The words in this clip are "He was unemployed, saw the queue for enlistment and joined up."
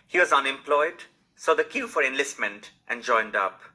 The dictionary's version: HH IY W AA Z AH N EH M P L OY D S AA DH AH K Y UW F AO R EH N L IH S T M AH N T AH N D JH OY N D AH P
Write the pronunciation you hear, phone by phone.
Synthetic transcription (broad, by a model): HH IY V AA Z AH N EH M P L OY D S AA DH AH K Y UW F AO R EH N L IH S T M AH N T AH N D JH OY N D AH P